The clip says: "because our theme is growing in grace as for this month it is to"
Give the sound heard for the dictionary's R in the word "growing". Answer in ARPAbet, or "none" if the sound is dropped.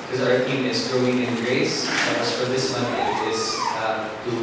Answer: R